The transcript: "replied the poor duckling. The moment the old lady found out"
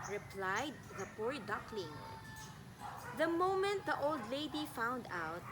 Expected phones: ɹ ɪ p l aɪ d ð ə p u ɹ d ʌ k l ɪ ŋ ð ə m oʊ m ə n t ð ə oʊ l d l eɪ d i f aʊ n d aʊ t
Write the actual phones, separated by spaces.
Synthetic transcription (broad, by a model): ɹ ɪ p l aɪ d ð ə p u ɹ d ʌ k l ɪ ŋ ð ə m oʊ m ə n t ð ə oʊ l d l eɪ d i f aʊ n d aʊ t